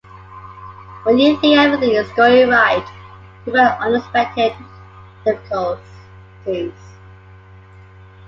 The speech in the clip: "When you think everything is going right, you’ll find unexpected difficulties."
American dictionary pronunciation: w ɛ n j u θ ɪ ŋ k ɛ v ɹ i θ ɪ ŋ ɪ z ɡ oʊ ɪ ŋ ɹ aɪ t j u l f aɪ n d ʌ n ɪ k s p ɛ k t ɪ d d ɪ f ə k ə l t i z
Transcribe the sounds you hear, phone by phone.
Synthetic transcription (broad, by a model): w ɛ n j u s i ɛ v ɹ i θ ɪ ŋ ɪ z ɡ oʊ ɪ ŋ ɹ aɪ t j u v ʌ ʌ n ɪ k s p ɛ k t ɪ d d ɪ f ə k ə l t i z